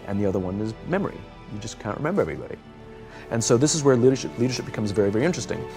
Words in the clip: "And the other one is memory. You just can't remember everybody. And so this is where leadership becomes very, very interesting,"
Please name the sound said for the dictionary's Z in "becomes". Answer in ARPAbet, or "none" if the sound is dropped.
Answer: Z